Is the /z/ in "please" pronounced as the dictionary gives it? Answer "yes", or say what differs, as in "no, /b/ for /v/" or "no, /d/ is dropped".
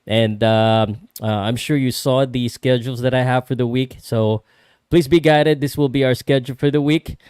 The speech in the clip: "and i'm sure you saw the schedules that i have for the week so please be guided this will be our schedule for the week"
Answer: yes